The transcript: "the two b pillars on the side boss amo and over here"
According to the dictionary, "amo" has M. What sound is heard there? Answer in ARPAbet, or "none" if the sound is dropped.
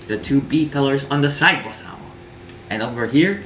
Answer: none